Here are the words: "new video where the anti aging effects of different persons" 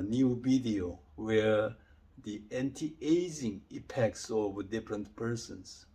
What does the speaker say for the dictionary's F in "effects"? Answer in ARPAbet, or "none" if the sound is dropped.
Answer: P